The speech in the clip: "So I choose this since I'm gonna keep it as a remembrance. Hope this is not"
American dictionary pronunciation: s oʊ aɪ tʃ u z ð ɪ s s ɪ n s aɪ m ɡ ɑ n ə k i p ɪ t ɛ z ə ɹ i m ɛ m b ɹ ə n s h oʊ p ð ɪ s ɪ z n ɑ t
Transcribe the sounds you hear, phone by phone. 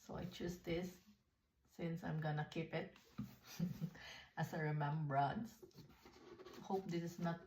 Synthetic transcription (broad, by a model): s oʊ aɪ tʃ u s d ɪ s s ɪ n s aɪ m ɡ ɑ n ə k i p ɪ t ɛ s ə ɹ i m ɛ m b ɹ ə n s h oʊ p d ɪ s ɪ s n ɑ t